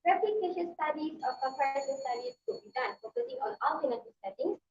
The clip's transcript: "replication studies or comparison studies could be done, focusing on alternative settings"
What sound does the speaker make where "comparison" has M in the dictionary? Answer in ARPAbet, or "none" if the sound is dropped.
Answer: none